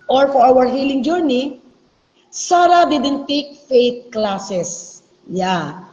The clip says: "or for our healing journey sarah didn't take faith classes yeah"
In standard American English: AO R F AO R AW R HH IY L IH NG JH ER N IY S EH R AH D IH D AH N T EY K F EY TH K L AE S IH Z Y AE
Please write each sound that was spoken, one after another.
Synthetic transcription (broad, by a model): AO R F AO R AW R HH IY L IH NG JH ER N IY S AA R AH D IH D AH N T EY K F EY T K L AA S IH S Y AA